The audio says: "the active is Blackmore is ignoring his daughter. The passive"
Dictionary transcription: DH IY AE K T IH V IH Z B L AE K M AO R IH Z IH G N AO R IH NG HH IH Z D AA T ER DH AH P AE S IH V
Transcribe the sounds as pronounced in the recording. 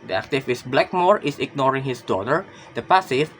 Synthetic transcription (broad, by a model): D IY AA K T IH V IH S B L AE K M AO R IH S IH G N AO R IH NG HH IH S D AA T ER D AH P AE S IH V